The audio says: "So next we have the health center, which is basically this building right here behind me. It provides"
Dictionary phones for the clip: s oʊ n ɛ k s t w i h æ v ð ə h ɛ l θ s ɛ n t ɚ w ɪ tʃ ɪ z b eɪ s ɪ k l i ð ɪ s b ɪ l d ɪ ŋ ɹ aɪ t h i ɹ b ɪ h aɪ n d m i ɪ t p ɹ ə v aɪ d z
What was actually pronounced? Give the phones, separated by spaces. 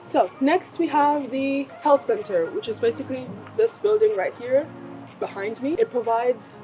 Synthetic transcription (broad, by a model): s oʊ n ɛ k s t w i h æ v ð ə h ɛ l θ s ɛ n t ɚ w ɪ tʃ ɪ z b eɪ s ɪ k l i ð ɪ s b ɪ l d ɪ ŋ ɹ aɪ t h i ɹ b ɪ h aɪ n d m i ɪ t p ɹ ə v aɪ d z